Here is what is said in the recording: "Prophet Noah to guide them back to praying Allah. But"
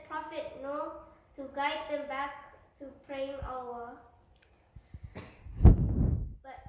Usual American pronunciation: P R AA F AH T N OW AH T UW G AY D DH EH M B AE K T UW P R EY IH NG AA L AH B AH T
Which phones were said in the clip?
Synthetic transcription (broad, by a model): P R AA F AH T N OW T UW G AY D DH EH M B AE K T UW P R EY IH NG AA W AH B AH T